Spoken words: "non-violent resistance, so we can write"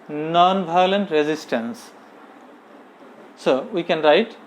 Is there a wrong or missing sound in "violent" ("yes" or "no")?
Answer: yes